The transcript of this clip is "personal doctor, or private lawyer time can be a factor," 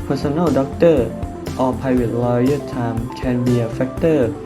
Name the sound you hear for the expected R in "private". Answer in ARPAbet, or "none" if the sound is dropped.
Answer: none